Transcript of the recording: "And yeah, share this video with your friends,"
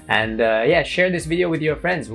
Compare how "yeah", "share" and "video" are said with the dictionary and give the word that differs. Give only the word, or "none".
none